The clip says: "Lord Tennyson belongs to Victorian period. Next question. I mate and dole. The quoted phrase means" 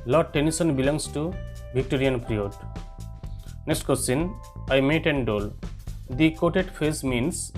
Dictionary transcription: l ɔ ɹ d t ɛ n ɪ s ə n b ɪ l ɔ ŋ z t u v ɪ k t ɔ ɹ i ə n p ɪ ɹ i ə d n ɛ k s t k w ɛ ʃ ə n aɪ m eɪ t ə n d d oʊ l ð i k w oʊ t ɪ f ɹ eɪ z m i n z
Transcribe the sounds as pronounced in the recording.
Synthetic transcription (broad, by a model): l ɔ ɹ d t ɛ n ɪ s ə n b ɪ l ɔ ŋ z t u b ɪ k t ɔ ɹ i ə n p ɹ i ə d n ɛ k s t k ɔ s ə n aɪ m eɪ t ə n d d oʊ l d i k oʊ t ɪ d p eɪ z m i n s